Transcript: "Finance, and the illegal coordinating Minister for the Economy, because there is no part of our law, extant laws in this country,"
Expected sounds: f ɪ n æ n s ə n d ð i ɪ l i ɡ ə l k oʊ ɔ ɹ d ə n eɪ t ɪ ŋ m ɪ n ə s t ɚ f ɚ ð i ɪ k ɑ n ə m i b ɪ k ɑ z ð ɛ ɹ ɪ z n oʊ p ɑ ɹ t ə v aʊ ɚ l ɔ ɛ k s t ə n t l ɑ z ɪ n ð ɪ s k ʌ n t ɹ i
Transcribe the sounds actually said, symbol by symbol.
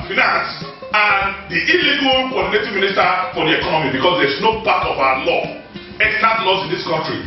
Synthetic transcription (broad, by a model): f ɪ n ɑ n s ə n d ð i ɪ l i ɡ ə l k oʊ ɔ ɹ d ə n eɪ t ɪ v m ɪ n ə s t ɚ f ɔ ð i ɪ k ɑ n ə m i b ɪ k ɑ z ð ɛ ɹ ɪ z n oʊ p ɑ t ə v aʊ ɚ l ɔ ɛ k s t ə t l ɑ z ɪ n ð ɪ s k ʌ n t ɹ i